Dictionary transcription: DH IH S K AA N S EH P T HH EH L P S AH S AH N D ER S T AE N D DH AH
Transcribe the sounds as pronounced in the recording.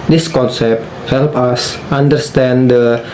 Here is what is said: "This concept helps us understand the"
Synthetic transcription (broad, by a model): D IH S K AA N S EH P T HH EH L P AH S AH N D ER S T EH N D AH